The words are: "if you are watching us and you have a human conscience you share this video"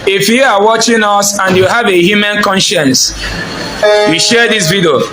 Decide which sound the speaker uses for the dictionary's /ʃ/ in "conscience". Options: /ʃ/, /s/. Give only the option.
/ʃ/